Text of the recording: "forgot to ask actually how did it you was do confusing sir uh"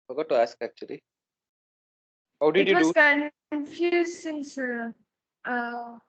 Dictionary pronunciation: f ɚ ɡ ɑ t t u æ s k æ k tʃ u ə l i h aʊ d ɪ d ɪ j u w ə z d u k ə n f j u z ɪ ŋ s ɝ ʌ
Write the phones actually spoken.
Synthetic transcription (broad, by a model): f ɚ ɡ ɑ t t u æ s k æ k tʃ u ə l i h aʊ d ɪ d j u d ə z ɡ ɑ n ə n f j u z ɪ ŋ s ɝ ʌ